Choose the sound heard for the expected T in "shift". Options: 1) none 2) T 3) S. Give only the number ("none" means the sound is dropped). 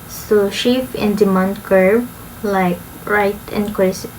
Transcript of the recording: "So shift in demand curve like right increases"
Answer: 1